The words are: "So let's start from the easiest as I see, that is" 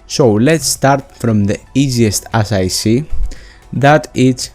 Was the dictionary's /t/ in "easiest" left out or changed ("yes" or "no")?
no